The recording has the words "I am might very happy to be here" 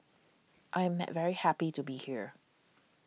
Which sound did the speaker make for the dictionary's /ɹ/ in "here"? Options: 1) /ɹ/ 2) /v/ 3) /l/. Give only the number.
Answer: 1